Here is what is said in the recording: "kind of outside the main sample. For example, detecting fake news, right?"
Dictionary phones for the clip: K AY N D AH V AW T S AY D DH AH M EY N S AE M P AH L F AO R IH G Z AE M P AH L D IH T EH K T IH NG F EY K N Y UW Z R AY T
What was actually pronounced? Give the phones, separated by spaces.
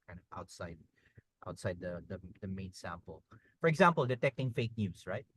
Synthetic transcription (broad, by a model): K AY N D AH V AW T S AY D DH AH M EY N S AE M P AH L F AO R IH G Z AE M P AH L D IH T EH K T IH NG F EY K N Y UW S R AY T